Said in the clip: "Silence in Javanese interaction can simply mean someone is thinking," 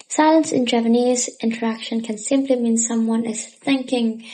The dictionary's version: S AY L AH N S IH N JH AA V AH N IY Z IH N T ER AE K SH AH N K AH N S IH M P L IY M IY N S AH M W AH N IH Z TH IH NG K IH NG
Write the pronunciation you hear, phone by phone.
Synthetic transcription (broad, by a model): S AY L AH N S IH N JH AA P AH N IY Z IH N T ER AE K SH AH N K AH N S IH M P L IY M IY N S AH M W AH N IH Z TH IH NG K IH NG